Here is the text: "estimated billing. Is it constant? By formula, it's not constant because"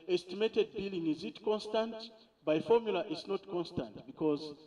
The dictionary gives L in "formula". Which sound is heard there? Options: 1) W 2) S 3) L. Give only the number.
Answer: 3